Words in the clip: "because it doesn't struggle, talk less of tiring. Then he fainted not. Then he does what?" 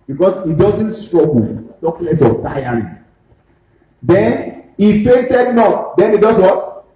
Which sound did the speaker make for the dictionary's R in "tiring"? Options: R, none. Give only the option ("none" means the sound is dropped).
none